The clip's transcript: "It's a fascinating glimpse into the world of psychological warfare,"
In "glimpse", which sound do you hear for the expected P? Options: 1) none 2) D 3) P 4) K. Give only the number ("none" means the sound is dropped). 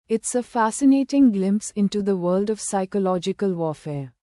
3